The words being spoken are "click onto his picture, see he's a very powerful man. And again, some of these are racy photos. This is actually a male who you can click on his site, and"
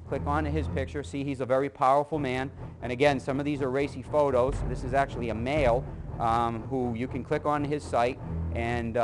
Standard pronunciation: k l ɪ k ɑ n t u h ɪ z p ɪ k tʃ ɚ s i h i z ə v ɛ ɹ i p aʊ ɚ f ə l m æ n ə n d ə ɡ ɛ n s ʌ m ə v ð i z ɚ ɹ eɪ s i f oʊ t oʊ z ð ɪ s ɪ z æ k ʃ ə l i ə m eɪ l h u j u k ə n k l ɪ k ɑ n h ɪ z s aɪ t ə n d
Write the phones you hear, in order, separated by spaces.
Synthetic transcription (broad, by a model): k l ɪ k n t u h ɪ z p ɪ k tʃ ɚ s i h i z ə v ɛ ɹ i p aʊ ɚ f l m æ n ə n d ə ɡ ɛ n s ʌ m ə v ð i z ɚ ɹ eɪ s i f oʊ t oʊ z ð ɪ s ɪ z æ k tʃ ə l i ə m eɪ l h u j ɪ k ə n k l ɪ k n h ɪ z s aɪ t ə n